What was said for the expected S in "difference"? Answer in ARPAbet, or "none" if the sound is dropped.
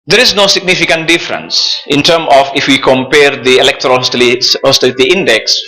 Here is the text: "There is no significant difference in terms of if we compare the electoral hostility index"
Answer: S